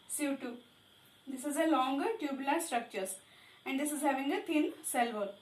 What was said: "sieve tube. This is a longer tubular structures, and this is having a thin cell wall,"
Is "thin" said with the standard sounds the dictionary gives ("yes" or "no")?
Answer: no